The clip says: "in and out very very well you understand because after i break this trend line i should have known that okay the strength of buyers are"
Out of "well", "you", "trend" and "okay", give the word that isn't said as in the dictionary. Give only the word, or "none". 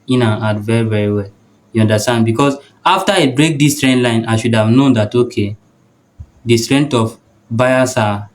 none